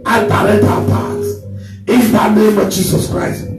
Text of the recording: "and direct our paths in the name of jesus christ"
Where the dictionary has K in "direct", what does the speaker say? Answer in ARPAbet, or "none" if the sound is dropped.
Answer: none